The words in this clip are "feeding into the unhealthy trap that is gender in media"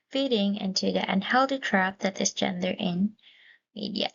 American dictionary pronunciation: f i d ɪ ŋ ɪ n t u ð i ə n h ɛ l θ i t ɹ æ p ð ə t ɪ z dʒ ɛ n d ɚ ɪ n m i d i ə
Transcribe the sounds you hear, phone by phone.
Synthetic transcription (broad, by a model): f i d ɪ ŋ ɪ n t u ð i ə n h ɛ l t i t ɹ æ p ð ə t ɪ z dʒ ɛ n d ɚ ɪ n m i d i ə